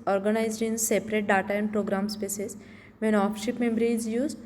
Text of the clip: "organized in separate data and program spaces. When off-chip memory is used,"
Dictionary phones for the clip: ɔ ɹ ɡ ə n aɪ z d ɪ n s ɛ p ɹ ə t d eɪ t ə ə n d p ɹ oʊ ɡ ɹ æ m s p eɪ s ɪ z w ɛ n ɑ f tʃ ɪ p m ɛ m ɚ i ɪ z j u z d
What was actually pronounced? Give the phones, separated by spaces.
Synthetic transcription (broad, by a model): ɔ ɹ ɡ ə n aɪ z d ɪ n s ɛ p ɹ ə t d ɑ t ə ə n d p ɹ oʊ ɡ ɹ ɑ m s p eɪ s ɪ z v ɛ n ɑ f ʃ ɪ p m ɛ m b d ɪ z j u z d